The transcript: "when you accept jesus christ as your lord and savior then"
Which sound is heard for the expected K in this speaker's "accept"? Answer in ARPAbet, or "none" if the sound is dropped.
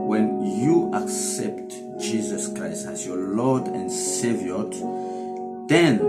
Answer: K